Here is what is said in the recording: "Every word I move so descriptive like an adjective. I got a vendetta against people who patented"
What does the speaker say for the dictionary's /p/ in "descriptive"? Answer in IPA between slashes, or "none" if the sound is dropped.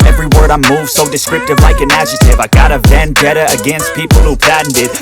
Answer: none